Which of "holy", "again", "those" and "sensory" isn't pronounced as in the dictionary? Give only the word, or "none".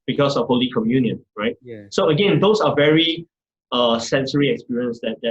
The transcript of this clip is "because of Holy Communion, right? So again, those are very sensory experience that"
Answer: those